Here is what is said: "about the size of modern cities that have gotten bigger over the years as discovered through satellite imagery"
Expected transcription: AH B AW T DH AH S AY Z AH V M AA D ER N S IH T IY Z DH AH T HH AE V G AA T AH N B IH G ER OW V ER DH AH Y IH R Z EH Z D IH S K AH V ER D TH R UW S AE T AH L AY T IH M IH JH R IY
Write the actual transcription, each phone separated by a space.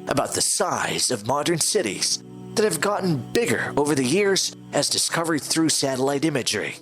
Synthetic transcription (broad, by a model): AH B AW T DH AH S AY Z AH V M AA D ER N S IH T IY Z DH AH T HH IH V G AA T N B IH G ER OW V ER DH AH Y IH R Z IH Z D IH S K AH V ER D TH R UW S AE T AH L AY T IH M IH JH R IY